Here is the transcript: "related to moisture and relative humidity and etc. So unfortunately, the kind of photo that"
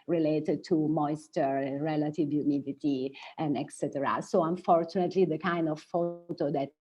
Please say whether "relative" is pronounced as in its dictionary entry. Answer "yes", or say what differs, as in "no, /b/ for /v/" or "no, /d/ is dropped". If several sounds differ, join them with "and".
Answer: yes